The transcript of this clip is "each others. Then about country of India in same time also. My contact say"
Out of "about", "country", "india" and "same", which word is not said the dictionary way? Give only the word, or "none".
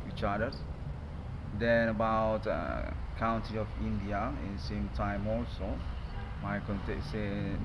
country